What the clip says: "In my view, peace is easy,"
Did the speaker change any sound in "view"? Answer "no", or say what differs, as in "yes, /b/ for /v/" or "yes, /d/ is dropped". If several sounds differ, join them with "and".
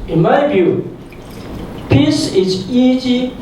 yes, /b/ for /v/